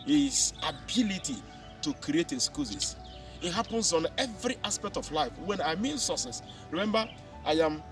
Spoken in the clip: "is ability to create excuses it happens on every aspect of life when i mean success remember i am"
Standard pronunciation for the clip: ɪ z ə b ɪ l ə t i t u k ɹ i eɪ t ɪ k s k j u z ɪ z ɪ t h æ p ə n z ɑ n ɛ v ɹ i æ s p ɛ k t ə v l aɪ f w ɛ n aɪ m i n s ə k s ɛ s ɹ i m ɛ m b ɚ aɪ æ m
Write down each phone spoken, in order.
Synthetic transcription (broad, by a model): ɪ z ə b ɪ l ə t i t u k ɹ i eɪ t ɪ s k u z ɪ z ɪ t h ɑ p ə n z ɑ n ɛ v ɹ i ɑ s p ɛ k t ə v l aɪ f w ɛ n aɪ m i n s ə s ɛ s ɹ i m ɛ m b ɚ aɪ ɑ m